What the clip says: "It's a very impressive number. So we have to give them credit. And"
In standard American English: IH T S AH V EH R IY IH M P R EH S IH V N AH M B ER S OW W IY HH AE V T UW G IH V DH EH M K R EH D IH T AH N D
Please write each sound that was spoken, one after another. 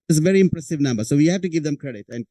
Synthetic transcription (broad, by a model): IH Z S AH V EH R IY IH M P R EH S IH V N AH M B ER S OW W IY HH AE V T UW G IH V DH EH M K R EH D IH T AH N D